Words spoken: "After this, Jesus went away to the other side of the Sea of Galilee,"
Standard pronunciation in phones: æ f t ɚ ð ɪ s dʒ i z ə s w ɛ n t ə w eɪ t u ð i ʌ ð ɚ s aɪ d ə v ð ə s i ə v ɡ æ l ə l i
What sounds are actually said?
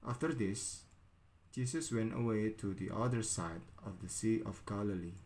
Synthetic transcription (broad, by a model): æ f t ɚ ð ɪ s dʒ i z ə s w ɛ n t ə w eɪ t u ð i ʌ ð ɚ s aɪ d ə v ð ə s i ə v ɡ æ l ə l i